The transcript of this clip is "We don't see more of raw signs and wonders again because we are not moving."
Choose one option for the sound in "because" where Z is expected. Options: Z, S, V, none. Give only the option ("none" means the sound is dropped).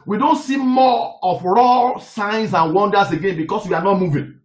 S